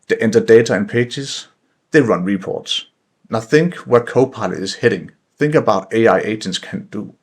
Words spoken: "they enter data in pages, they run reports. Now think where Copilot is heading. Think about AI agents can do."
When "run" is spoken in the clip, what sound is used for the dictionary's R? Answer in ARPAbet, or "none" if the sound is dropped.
R